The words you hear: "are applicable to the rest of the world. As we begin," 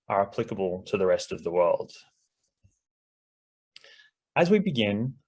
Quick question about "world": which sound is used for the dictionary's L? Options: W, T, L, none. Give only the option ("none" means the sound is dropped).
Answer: L